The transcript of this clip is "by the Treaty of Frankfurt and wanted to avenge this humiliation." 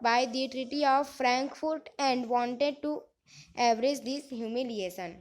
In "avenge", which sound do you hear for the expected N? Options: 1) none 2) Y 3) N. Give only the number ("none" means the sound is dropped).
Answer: 1